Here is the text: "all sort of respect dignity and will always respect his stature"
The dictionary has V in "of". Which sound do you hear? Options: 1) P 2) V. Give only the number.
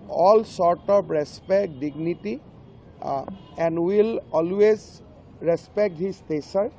1